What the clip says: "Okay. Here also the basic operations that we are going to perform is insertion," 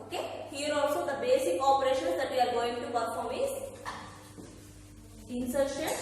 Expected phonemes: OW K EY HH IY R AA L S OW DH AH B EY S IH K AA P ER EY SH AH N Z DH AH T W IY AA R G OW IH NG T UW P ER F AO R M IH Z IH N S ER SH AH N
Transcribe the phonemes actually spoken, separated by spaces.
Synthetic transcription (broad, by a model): OW K EY HH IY R AA L S OW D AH B EY S IH K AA P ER EY SH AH N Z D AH T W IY AA R G OW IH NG T UW B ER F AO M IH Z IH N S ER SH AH